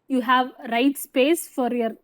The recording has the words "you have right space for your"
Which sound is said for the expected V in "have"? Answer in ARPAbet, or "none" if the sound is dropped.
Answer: V